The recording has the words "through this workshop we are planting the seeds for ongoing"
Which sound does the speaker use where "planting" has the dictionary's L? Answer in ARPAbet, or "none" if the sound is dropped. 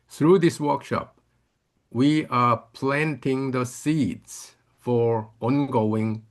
L